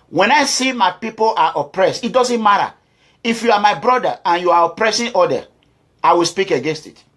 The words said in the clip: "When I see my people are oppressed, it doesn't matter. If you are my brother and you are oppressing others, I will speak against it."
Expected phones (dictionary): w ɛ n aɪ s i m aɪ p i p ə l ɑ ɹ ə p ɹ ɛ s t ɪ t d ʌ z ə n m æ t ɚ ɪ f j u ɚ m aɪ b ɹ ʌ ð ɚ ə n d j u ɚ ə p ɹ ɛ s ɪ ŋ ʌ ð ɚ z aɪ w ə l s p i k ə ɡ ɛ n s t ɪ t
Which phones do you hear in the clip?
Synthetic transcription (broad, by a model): w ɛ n aɪ s i m aɪ p i p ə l ɑ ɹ ə p ɹ ɛ s t ɪ t d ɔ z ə n m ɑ t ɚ ɪ f j u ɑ m aɪ b ɹ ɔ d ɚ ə n j u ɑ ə p ɹ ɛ s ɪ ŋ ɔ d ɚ aɪ w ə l s p i k ə ɡ ɛ n s t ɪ t